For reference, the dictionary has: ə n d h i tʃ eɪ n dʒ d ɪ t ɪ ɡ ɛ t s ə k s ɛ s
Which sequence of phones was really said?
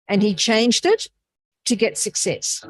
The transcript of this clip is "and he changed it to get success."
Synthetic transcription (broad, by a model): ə n i tʃ eɪ n dʒ d ɪ t ɪ ɡ ɛ t s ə k s ɛ s